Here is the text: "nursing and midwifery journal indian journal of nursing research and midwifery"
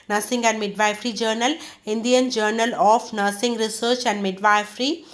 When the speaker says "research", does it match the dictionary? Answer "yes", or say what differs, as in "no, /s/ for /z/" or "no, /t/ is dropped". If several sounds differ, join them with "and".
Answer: yes